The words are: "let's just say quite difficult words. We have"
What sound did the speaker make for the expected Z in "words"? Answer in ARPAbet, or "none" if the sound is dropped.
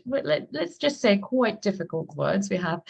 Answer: Z